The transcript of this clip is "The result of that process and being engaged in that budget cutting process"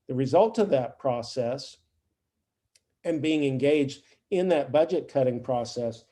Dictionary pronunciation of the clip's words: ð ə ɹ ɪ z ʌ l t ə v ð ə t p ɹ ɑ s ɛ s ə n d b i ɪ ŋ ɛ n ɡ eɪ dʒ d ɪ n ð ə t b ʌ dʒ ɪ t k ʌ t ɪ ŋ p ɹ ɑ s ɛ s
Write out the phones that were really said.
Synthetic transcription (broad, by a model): ð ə ɹ ɪ z ʌ l t ə v ð ə t p ɹ ɑ s ɛ s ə n b i ɪ ŋ ɛ n ɡ eɪ dʒ d ɪ n ð ə t b ʌ dʒ ɪ t k ʌ t ɪ ŋ p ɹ ɑ s ɛ s